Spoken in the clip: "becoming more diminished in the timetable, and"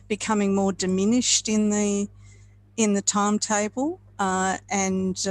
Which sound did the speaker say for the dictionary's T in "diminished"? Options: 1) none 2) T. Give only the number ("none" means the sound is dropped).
2